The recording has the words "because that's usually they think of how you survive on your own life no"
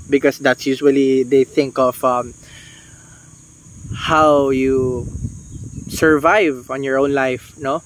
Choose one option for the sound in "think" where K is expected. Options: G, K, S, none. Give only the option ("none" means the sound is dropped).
K